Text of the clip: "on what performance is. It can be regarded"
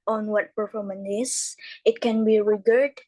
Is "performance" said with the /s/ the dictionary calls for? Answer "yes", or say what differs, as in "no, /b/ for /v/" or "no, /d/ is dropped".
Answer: no, /s/ is dropped